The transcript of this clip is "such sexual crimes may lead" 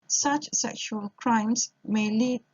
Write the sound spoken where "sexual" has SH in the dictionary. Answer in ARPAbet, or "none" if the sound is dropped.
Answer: SH